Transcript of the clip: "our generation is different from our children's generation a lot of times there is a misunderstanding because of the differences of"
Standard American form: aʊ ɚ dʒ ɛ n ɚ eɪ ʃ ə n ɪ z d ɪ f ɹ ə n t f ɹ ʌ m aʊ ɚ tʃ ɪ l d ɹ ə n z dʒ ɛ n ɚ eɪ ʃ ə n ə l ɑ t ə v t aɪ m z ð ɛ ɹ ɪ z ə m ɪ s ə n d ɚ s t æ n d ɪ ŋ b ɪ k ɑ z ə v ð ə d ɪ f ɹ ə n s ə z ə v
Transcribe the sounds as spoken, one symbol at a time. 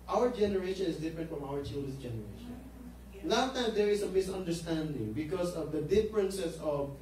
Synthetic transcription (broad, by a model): aʊ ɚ dʒ ɛ n ɚ eɪ ʃ ə n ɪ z d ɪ f ɹ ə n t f ɹ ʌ m aʊ ɚ tʃ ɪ l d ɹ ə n s dʒ ɛ n ɚ eɪ ʃ ə n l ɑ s t aɪ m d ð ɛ ɹ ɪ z ə m ɪ s ə n d ɚ s t æ n d ɪ ŋ b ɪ k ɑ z ə v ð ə d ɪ f ɹ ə n s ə s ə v